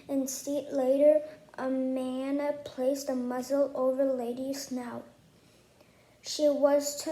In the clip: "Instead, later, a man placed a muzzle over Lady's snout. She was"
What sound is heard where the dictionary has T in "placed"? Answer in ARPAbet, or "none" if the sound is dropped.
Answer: T